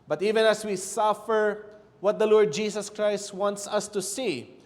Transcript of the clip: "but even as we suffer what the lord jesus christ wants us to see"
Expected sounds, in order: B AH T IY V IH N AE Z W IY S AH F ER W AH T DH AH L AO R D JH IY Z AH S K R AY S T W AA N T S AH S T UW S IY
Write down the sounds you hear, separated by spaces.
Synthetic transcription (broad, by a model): B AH T IY V IH N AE S W IY S AH F ER W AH T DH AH L AO R D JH IY S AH S K R AY S T W AA N T S AH S T UW S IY